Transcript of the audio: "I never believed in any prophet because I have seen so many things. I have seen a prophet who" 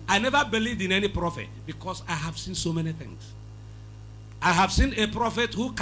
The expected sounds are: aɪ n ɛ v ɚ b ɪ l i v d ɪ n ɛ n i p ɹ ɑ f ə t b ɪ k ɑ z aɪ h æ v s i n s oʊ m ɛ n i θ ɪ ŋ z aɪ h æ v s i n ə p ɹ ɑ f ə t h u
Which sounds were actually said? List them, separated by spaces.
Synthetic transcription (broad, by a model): aɪ n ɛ v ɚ b ɪ l i v d ɪ n ɛ n i p ɹ ɑ f ə t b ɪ k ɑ s aɪ h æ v s i n s oʊ m ɛ n i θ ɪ ŋ s aɪ h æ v s i n ə p ɹ ɑ f ə t h u